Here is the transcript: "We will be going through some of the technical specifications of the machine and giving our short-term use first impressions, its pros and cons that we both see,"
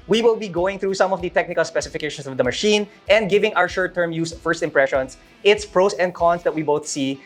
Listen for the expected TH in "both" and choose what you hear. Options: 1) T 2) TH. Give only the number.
2